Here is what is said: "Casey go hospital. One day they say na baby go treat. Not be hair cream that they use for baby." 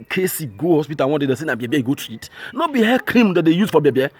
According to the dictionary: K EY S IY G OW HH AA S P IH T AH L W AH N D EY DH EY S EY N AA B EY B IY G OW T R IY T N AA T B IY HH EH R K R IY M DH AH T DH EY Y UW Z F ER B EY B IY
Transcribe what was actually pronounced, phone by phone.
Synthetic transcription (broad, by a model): K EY S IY G OW HH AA S P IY T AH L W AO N D EY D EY S EY N AA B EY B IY G OW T IY T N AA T B IY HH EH K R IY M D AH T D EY Y UW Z F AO B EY B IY